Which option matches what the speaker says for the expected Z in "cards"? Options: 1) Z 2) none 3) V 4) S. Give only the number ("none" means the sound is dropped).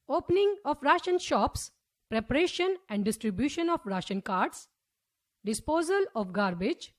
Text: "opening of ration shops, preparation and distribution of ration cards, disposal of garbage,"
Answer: 4